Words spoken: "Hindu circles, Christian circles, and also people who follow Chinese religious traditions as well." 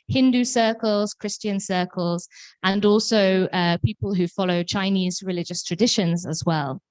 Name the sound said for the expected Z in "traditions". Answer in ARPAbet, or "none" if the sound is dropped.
Z